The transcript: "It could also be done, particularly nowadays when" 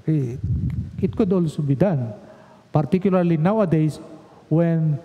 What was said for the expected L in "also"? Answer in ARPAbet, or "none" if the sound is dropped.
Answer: L